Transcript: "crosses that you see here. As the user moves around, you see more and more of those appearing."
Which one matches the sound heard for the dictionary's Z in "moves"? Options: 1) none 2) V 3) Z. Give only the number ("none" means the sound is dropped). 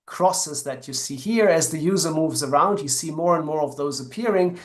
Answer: 3